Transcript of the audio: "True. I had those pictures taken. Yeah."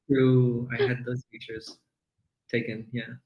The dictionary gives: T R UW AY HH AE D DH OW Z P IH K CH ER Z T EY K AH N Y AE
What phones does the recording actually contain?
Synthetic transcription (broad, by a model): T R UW AY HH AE D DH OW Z F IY CH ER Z T EY K AH N Y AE